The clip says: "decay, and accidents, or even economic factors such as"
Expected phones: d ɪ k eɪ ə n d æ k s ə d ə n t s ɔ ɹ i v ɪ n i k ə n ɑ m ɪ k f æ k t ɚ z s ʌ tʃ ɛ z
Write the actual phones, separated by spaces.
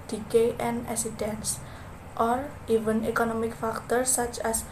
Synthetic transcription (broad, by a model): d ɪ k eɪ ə n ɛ s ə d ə n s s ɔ ɹ i v ɪ n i k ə n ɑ m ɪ k f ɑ k t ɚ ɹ s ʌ tʃ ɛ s